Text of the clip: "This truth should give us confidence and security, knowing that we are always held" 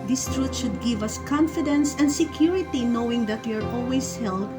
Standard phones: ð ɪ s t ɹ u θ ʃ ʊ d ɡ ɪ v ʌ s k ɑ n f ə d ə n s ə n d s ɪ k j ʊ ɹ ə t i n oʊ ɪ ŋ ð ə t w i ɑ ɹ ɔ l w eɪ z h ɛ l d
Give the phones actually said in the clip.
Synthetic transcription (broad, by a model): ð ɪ s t ɹ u t ʃ ʊ d ɡ ɪ v ʌ s k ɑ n f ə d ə n s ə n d s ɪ k j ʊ ɹ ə t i n oʊ ɪ ŋ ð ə t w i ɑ ɹ ɔ l w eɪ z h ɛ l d